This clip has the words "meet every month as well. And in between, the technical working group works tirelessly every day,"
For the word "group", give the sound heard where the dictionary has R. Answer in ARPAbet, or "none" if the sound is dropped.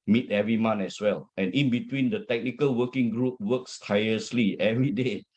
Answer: R